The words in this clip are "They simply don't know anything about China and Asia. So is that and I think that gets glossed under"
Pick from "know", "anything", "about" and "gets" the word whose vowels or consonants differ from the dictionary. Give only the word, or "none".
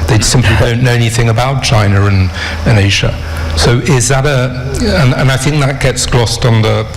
none